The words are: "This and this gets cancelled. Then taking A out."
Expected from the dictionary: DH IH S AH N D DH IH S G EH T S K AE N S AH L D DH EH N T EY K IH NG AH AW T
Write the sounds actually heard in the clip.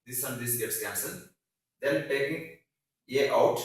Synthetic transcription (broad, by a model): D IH S AH N D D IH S G EH T S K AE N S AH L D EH L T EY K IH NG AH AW T